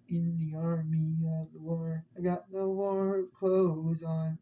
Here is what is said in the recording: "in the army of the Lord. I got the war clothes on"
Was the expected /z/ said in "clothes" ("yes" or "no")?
yes